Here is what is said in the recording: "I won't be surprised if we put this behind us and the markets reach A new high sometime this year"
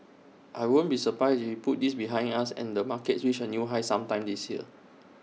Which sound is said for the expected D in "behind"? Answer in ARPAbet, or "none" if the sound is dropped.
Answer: none